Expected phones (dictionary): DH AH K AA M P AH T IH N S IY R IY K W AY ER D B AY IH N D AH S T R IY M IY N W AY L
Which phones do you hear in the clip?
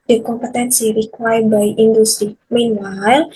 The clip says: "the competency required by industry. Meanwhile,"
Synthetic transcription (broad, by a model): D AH K AA M P AH T IH N S IY R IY K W AY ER B AY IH N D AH S T R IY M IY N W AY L